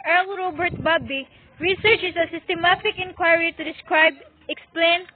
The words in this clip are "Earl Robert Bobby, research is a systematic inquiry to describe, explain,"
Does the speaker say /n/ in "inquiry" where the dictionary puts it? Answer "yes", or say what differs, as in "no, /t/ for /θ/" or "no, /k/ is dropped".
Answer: yes